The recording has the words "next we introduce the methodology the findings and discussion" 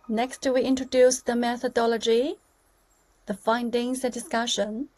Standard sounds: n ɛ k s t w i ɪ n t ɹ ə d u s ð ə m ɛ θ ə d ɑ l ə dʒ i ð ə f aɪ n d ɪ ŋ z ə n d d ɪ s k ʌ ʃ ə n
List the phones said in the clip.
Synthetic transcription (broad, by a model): n ɛ k s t w i ɪ n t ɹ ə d u s ð ə m ɛ θ ə d ɑ l ə dʒ i ð ə f aɪ n d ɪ ŋ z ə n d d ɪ s k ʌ ʃ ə n